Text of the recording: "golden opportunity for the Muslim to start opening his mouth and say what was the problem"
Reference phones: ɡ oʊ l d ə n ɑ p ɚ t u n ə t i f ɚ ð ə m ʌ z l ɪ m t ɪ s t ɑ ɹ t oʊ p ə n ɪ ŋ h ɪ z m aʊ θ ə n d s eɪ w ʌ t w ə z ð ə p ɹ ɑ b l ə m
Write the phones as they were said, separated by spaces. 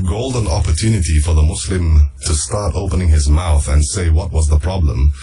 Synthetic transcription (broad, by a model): ɡ oʊ l d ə n ɑ p ɚ t u n ə t i f ɚ ð ə m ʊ s l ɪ m t ɪ s t ɑ ɹ t oʊ p ə n ɪ ŋ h ɪ z m aʊ θ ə n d s eɪ w ʌ t w ə z ð ə p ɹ ɑ b l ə m